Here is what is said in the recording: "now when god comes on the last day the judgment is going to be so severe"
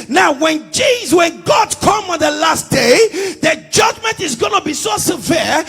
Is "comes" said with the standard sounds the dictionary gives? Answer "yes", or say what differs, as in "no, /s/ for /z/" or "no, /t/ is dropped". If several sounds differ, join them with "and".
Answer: no, /z/ is dropped